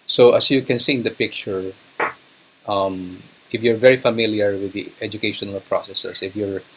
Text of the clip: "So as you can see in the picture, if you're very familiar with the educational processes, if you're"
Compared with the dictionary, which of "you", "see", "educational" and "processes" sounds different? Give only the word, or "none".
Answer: processes